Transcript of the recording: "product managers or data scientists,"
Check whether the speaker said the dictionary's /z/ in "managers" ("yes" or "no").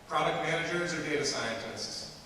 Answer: yes